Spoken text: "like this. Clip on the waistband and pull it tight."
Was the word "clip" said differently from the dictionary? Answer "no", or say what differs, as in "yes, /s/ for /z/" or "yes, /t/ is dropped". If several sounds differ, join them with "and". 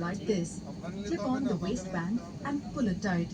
yes, /l/ is dropped